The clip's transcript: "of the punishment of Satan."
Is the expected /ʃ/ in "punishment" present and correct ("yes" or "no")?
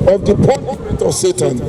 no